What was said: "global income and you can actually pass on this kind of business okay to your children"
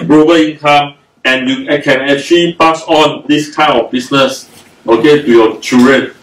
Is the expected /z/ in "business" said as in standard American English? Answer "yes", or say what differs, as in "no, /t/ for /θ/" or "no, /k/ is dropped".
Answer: no, /s/ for /z/